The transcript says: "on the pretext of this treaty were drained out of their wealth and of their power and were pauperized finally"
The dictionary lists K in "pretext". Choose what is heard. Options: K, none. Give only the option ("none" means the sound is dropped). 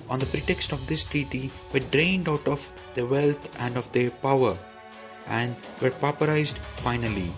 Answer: K